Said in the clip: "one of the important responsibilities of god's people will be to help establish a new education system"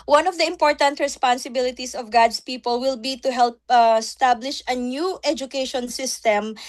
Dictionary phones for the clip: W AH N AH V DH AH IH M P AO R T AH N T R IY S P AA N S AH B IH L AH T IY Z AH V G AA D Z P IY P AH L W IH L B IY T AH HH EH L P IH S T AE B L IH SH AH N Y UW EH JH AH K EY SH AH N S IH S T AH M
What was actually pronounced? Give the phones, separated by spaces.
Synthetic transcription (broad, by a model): W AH N AH V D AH IH M P AO R T AH N T R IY S P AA N S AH B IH L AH T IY S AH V G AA D S P IY P AH L W IH L B IY T AH HH EH L P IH S T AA B L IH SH AH N Y UW EH JH AH K EY SH AH N S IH S T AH M